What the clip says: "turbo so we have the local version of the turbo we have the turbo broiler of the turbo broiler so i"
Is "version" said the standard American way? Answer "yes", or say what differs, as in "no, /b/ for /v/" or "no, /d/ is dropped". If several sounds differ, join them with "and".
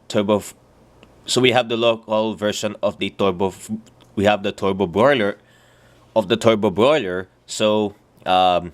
no, /ʃ/ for /ʒ/